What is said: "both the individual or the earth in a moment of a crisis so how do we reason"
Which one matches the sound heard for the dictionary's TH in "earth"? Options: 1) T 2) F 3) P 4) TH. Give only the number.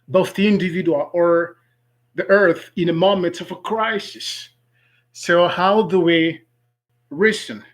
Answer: 4